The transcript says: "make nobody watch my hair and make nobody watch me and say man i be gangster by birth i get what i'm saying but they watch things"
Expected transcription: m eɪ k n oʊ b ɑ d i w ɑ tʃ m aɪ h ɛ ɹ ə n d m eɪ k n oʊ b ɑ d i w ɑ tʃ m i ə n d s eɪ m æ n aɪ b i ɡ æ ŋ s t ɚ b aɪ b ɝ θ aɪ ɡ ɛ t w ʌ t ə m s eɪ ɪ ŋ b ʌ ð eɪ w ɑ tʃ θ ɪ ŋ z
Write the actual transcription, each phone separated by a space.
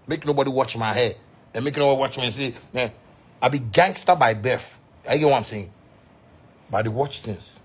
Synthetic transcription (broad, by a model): m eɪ k n oʊ b ɑ d i w ɑ tʃ m aɪ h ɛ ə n m eɪ k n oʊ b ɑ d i w ɑ tʃ m i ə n s eɪ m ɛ aɪ b i ɡ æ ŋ s t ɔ b aɪ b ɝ f aɪ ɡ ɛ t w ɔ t ə m s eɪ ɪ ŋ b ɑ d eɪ w ɑ tʃ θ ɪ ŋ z